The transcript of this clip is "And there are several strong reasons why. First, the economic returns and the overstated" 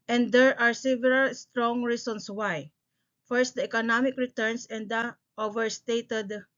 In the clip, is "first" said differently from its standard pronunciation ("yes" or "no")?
no